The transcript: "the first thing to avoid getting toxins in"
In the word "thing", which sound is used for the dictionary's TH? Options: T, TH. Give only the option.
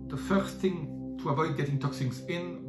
TH